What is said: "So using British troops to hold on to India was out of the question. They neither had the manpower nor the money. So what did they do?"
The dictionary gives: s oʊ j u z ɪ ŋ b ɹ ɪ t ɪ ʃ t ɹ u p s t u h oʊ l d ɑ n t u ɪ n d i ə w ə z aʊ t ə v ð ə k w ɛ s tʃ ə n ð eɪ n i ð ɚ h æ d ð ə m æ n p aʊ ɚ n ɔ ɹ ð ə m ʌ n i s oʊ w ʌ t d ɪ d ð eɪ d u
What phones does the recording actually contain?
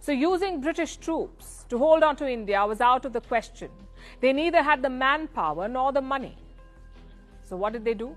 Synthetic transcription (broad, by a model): s oʊ j u z ɪ ŋ b ɹ ɪ t ɪ ʃ t ɹ u p s t u h oʊ l d ɑ n t u ɪ n d i ə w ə z aʊ t ə v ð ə k w ɛ s tʃ ə n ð eɪ n i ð ɚ h æ d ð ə m æ n p aʊ ɚ n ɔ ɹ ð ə m ʌ n i s oʊ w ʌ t d ɪ d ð eɪ d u